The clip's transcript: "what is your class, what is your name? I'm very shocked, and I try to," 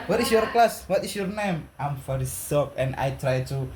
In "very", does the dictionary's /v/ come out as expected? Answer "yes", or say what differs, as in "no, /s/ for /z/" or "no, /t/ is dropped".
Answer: no, /f/ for /v/